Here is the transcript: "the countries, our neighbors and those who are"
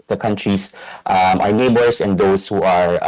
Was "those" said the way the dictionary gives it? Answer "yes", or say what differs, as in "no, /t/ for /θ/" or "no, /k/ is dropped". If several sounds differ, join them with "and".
no, /s/ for /z/